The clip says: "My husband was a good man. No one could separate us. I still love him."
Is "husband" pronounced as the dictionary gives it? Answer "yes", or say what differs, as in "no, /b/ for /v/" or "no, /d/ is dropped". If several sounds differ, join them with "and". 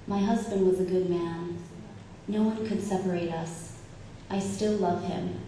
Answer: yes